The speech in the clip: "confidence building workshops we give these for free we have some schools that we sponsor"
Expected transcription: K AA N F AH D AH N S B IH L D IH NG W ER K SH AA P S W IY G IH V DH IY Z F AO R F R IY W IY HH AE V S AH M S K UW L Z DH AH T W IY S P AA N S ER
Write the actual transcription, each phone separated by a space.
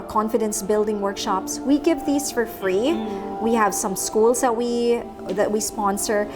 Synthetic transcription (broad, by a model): K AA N F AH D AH N S B IH L D IH NG W ER K SH AA P S W IY G IH V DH IY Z F AO R F R IY W IY HH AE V S AH M S K UW L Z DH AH T W IY S P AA N S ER